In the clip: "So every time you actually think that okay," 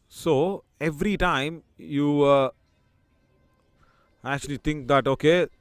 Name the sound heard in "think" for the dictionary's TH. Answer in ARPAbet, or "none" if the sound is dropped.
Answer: T